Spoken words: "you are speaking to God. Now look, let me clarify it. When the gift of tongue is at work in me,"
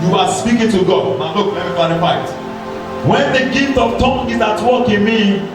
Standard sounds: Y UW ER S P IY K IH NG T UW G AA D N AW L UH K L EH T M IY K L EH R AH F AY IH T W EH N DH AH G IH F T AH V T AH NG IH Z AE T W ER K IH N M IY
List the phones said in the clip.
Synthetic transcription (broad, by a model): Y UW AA S P IY K IH NG T UW G AA D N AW N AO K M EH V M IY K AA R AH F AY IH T W EH N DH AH G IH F T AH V T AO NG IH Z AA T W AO K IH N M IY